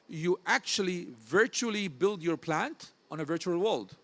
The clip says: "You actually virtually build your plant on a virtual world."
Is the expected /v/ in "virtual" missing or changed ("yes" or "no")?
no